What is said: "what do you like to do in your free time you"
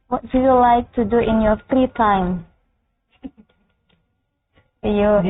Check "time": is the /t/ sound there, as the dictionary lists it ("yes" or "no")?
yes